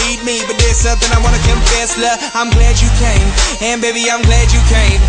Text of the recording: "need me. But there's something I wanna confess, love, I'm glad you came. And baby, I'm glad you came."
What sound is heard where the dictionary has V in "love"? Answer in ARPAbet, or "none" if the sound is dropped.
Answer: none